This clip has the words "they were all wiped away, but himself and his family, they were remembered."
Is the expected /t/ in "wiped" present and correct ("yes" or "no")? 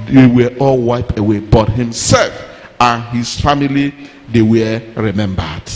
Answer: no